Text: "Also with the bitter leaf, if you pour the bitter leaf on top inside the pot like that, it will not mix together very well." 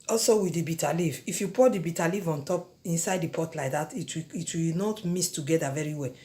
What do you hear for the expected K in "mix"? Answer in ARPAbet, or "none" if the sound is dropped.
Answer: none